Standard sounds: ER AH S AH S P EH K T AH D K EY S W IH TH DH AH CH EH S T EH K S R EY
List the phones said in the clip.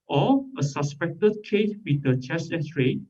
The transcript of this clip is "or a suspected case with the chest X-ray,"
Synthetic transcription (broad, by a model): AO AH S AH S P EH K T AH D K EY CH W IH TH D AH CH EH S EH S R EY